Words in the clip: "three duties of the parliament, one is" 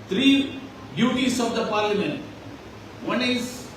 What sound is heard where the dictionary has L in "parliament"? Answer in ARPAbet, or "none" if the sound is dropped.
L